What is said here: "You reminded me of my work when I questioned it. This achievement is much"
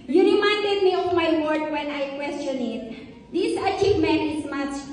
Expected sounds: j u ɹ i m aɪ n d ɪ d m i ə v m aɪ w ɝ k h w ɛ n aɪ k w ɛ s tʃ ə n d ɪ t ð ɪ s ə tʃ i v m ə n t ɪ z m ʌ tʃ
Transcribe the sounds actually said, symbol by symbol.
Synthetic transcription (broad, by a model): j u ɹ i m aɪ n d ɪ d m i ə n m aɪ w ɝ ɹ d w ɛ n aɪ k w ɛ s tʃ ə n ɪ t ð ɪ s ə tʃ i v m ə n t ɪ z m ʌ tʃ